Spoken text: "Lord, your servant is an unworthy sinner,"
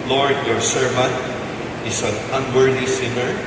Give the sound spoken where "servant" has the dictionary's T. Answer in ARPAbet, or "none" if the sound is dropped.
T